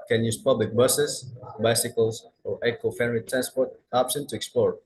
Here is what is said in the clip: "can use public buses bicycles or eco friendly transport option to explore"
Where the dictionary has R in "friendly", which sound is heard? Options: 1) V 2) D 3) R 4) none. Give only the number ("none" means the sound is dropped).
4